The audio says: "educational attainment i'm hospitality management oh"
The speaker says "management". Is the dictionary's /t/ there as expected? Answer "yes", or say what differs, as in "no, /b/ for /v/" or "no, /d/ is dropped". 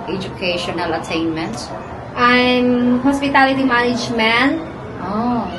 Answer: no, /t/ is dropped